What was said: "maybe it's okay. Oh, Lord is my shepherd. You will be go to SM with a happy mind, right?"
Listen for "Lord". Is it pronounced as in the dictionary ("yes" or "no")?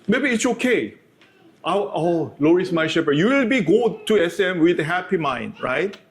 no